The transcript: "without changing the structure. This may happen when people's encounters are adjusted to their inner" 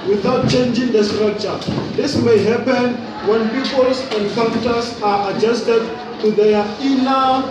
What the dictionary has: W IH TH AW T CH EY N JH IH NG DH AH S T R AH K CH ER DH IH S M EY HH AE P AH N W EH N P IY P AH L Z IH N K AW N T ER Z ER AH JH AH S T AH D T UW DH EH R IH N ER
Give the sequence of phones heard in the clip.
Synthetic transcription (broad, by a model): W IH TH AW T CH EY N JH IH NG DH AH S T R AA K CH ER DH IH S M EY HH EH P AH N W EH N P IY P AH L S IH N K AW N T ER S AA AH JH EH S T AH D T UW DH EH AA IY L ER